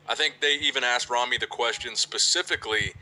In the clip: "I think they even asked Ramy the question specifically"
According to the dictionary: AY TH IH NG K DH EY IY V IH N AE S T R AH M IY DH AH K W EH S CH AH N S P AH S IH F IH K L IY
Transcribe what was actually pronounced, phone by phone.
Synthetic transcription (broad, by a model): AY TH IH NG K DH EY IY V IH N AE S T R AH M IY DH AH K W EH S CH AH N S P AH S IH F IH K L IY